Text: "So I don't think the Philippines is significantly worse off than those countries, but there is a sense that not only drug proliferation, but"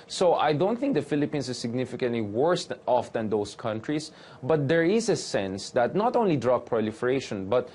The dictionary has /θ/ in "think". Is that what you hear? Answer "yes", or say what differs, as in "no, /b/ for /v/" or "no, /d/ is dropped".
yes